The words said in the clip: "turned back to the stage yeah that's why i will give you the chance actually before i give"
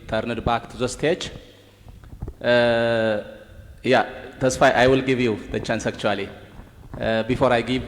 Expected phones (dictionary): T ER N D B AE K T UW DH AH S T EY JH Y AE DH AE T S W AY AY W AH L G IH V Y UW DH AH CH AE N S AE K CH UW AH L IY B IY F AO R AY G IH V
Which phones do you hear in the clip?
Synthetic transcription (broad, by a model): T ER N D B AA K T UW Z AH S T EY CH Y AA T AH S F AY AY W AH L G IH V Y UW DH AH CH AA N S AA K CH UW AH L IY B IY F AO R AY G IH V